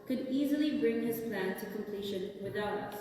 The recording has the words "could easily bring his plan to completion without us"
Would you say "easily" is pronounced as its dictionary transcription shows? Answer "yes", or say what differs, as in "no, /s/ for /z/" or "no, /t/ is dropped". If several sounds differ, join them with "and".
yes